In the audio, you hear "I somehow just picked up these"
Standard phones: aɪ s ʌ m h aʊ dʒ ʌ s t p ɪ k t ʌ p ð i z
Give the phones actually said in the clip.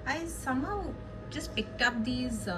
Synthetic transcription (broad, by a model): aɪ s ʌ m h aʊ dʒ ʌ s t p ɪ k ʌ p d i z